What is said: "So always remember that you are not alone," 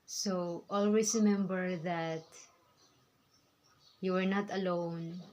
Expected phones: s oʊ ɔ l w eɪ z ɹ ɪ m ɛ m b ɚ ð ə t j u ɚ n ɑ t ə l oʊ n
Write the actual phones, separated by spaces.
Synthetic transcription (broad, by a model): s oʊ ɔ l w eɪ s ɹ ɪ m ɛ m b ɚ ð ə t j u ɚ n ɑ t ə l oʊ n